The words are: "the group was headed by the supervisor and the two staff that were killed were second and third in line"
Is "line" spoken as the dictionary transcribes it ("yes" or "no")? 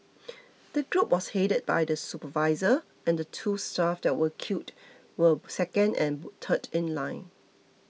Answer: yes